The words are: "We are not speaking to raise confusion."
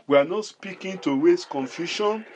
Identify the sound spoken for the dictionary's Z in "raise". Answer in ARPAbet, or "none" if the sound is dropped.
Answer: S